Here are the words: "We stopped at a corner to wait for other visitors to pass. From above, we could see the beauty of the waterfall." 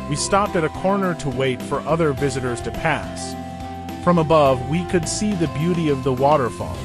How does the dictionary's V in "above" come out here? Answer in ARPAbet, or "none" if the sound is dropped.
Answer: V